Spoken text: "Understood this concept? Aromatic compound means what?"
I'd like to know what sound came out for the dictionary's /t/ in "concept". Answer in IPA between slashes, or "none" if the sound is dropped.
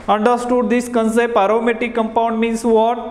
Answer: none